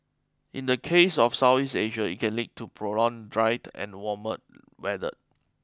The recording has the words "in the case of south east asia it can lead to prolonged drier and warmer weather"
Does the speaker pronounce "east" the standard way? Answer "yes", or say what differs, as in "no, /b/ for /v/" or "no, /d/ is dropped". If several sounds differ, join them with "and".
no, /t/ is dropped